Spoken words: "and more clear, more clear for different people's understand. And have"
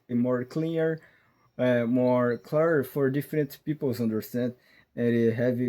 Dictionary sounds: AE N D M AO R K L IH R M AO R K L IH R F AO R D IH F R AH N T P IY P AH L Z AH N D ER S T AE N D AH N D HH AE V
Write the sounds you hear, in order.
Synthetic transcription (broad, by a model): M AO R K L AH R M AO R K L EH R F AO R D IH F R AH N T P IY P AH L Z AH N D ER S T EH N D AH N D HH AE V